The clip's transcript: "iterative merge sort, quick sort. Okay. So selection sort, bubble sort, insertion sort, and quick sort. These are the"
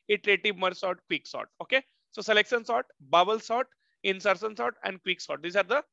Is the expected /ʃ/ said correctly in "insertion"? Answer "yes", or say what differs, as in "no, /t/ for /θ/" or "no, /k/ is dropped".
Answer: no, /s/ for /ʃ/